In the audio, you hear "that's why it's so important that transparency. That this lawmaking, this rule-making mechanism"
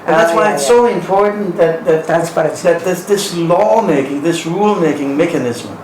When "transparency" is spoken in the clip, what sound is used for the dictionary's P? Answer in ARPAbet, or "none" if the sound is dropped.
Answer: B